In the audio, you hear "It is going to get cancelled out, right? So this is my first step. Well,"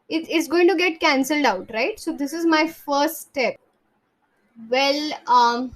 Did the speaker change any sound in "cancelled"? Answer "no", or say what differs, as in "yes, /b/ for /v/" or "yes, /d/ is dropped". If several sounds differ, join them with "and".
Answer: no